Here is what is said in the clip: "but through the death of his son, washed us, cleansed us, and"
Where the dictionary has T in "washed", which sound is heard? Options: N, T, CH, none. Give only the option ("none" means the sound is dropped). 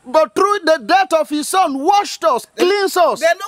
T